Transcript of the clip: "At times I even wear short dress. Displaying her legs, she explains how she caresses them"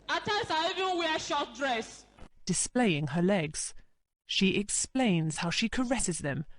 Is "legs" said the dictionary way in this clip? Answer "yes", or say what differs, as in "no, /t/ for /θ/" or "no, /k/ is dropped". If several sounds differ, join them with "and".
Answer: yes